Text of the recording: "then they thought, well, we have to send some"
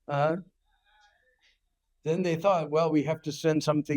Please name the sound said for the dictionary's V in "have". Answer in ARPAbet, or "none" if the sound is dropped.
F